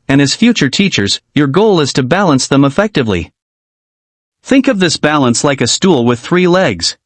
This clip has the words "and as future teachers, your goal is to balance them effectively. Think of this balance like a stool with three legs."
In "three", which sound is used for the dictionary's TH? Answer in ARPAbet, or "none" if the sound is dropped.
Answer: TH